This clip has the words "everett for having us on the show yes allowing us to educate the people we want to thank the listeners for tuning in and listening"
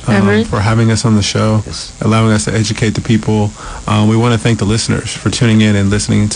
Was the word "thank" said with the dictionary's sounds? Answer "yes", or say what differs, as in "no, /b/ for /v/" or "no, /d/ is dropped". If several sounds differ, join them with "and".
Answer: yes